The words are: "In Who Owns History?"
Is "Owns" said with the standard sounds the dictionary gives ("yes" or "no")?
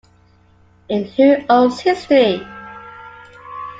no